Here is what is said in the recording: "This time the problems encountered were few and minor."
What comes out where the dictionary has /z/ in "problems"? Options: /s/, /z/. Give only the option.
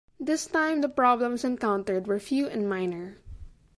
/s/